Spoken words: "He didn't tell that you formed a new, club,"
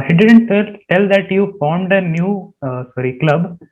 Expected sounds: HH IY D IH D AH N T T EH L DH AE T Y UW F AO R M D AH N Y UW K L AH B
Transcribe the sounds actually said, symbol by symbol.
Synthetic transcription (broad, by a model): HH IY D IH D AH N T T EH L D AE T Y UW F AO R M D AH N Y UW K L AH B